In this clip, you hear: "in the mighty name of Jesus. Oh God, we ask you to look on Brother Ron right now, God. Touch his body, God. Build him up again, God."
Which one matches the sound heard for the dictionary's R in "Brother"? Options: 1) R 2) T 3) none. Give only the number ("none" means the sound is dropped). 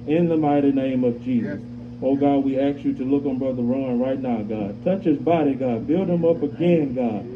1